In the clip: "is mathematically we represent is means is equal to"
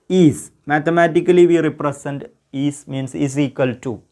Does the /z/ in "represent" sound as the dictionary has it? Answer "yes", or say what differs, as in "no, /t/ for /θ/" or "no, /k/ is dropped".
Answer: no, /s/ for /z/